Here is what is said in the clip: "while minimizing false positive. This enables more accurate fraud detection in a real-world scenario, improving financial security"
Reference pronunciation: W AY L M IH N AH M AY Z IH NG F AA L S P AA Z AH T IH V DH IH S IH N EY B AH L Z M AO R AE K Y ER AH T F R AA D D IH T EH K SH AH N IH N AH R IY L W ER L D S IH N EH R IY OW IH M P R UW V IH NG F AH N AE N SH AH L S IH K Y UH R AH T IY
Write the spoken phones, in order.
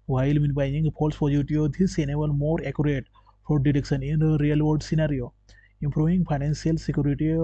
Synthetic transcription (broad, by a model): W AY L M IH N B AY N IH NG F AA L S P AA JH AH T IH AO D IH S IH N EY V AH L M AO R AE K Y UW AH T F AA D D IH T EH K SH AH N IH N AH R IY L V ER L D S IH N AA R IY OW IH M P R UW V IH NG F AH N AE N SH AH L S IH K Y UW R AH T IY